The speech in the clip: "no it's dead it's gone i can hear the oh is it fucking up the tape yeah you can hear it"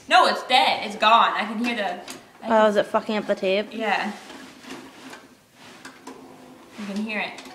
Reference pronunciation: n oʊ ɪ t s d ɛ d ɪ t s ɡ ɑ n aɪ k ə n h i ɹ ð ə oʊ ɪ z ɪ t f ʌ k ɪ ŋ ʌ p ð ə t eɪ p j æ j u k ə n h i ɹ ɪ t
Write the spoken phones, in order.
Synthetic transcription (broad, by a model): n oʊ ɪ t s d ɛ d ɪ t s ɡ ɑ n aɪ k ə n h i ɹ ð ə oʊ ɪ z ɪ t f ʌ k ɪ ŋ ʌ p ð ə t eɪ b j æ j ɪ k ə n h i ɹ ɪ t